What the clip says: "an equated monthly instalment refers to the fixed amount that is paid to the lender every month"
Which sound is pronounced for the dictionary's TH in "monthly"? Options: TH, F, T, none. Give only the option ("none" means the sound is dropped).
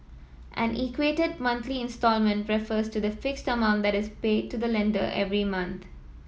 T